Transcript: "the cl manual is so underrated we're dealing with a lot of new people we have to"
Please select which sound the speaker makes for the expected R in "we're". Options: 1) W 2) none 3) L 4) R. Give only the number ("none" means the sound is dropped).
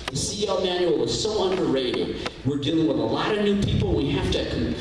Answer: 4